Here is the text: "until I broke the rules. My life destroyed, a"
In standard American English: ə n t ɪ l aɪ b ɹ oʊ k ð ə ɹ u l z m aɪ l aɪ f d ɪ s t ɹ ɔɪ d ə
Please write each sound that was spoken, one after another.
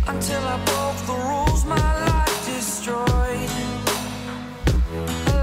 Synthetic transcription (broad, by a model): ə n t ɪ l aɪ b oʊ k ð ə ɹ u l z m aɪ l aɪ f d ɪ s t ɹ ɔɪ ə